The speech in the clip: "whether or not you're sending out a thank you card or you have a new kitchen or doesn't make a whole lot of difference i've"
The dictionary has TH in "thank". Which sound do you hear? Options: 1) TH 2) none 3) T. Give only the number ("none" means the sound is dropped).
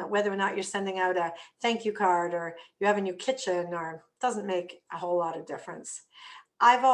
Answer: 1